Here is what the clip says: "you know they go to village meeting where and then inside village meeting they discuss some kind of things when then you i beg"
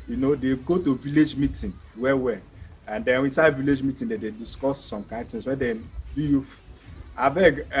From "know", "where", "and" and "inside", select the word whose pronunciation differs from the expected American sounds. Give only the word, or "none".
where